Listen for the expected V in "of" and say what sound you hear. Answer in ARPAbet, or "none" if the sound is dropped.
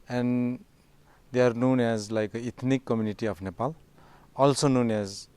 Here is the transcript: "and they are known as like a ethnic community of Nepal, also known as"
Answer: P